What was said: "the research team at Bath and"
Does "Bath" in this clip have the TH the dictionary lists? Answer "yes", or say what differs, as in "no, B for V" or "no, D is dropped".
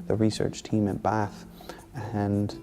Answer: yes